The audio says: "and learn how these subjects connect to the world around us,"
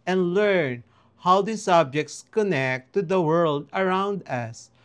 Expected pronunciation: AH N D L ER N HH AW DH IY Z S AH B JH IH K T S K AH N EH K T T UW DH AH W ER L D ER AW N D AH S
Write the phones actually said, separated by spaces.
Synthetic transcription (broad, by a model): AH N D L ER N HH AW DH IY S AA B JH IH K T S K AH N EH K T T UW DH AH W ER L D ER AW N D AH S